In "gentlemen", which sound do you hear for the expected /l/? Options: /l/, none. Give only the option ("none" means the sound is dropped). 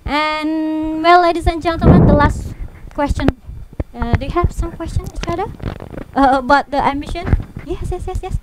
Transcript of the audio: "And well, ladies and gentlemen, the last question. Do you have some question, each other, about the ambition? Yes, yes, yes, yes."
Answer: none